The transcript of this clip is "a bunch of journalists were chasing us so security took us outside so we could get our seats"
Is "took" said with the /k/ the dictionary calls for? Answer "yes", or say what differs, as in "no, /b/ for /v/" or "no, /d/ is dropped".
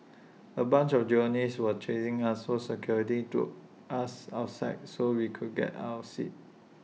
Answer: no, /k/ is dropped